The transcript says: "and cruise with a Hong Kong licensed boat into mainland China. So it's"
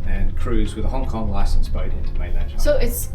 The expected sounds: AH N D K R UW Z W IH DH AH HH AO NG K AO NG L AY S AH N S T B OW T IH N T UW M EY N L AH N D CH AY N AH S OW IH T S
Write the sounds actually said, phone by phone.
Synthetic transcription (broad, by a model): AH N K R UW Z W IH DH AH HH AO NG K AO NG L AY S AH N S B OW T IH N T UW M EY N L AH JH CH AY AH S OW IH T S